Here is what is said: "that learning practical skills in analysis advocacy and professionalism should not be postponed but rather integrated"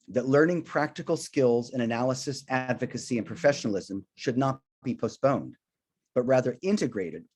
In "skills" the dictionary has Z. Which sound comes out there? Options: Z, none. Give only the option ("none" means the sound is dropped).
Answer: Z